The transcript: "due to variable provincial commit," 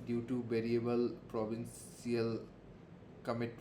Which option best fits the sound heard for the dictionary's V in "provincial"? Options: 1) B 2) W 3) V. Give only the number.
1